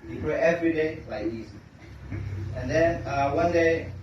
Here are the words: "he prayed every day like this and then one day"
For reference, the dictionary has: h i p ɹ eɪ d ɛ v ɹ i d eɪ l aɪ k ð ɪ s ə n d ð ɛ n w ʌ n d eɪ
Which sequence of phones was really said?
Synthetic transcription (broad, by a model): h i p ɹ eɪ ɛ v ɹ i d eɪ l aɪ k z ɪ ə n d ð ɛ n w ʌ n d eɪ